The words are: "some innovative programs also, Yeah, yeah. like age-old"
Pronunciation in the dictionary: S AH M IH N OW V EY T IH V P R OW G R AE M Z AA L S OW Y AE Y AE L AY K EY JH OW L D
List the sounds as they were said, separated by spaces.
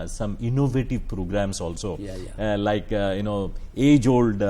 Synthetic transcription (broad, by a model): S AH M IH N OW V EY T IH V P R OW G R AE M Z AA L S OW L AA Y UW N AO EY JH OW L D